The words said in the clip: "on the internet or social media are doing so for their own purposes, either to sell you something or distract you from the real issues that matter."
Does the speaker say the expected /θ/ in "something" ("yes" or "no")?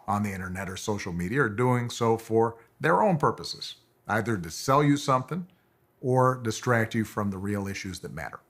yes